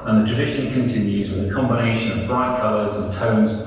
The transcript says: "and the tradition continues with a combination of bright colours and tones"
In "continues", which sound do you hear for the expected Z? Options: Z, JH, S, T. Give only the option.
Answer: Z